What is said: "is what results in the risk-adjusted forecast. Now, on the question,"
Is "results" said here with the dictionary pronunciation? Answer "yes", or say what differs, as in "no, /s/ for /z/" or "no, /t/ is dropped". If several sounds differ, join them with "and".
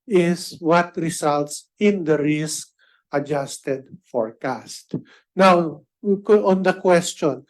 no, /s/ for /z/